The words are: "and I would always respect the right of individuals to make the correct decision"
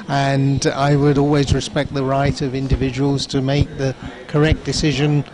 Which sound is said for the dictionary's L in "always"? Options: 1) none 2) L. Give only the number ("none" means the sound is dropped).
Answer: 2